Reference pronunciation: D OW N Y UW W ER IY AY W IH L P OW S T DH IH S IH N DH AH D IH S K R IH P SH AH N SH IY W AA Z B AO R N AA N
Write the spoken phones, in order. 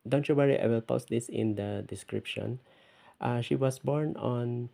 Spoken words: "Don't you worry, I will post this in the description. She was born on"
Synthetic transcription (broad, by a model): D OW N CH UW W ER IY AY W IH L P OW S T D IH S IH N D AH D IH S K R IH P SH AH N SH IY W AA S B AO R N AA N